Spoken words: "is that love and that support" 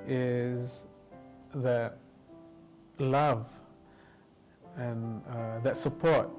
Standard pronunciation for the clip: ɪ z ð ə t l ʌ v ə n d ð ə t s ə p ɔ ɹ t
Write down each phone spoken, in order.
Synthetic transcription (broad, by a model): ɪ z ð ə t l ʌ v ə n ð ə t s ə p ɔ ɹ t